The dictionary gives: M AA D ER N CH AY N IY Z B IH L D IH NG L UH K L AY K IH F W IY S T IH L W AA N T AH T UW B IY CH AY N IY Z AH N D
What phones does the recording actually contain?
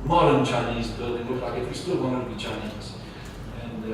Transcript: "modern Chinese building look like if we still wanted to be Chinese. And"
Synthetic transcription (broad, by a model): M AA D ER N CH AY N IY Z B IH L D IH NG W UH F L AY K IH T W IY S T IH L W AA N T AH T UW B IY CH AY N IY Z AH N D